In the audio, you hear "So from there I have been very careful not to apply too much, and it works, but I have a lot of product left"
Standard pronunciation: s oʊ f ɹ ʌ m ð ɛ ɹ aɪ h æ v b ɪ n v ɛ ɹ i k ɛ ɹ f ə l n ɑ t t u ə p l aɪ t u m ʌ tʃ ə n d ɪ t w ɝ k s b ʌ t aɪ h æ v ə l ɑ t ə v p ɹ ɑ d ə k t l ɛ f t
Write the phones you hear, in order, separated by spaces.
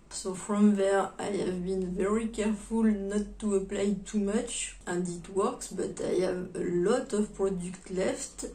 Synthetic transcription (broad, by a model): s oʊ f ɹ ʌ m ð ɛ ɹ aɪ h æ v b ɪ n v ɛ ɹ i k ɛ ɹ f ə l n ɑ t t u ə p l aɪ t u m ʌ tʃ ə n d ɪ t w ɝ k s b ʌ t aɪ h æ v ə l ɑ t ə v p ɹ ɑ d ə k t l ɛ f t